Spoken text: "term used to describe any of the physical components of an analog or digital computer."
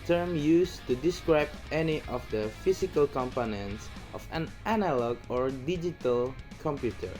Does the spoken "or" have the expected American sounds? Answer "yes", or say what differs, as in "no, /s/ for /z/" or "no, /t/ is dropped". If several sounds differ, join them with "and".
yes